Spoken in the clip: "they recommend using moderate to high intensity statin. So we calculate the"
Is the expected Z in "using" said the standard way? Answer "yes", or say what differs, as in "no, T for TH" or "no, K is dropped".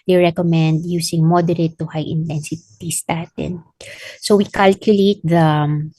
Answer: no, S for Z